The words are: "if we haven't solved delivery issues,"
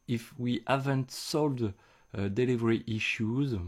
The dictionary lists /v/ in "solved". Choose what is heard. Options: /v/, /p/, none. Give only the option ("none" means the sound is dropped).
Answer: none